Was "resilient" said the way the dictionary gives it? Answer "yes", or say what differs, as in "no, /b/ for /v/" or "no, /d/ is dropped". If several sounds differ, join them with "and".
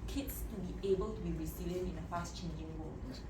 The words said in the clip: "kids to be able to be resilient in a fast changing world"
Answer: no, /s/ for /z/ and /t/ is dropped